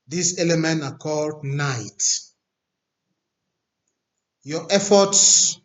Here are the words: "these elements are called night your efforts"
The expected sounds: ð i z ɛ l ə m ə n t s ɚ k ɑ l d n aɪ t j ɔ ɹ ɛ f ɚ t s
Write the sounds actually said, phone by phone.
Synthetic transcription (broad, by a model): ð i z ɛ l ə m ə n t ɑ k ɑ l d n aɪ t j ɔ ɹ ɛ f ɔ t s